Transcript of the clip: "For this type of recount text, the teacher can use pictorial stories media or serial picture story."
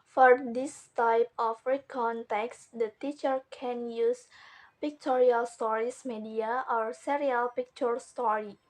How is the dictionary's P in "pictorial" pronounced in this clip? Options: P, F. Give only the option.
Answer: P